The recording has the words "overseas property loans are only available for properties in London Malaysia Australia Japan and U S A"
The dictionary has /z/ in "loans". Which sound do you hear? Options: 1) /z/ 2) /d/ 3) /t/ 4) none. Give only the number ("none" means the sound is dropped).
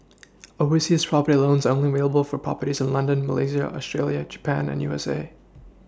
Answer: 1